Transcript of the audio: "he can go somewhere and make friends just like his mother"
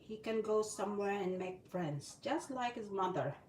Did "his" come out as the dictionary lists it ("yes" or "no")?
yes